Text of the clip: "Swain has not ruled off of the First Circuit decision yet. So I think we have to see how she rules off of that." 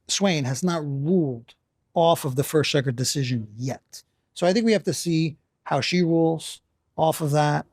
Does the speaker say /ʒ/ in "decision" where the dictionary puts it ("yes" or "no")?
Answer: yes